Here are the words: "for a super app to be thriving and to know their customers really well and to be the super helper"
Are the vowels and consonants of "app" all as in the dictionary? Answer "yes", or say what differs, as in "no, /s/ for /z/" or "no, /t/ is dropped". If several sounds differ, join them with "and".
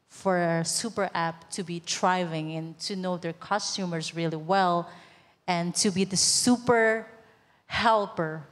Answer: yes